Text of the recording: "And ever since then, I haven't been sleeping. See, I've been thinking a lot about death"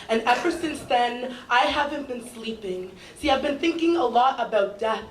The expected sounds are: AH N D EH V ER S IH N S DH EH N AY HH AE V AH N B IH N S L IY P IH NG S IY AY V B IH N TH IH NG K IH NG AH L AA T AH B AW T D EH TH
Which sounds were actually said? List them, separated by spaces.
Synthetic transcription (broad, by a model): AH N EH V ER S IH N S DH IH N AY HH AE V AH N B IH N S L IY P IH NG S IY AY V B IH N TH IH NG K IH NG AH L AA T AH B AW T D EH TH